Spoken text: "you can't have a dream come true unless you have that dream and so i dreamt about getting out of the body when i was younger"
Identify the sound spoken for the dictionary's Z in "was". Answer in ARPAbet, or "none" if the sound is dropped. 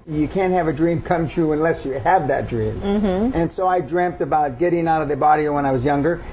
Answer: Z